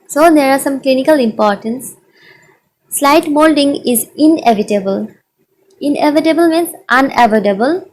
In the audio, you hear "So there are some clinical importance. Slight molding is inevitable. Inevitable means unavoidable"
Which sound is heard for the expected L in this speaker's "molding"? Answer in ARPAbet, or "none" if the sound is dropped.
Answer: L